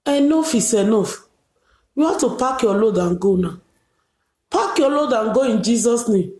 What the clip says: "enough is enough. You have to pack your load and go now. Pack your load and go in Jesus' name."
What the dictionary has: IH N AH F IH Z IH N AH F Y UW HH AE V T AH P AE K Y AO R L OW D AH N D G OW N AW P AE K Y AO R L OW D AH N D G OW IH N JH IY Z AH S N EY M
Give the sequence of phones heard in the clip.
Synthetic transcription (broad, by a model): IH N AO F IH S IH N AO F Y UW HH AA F T AH P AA K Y AO L OW D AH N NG G OW N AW P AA K Y AO L OW D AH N G OW IH N JH IY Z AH S N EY M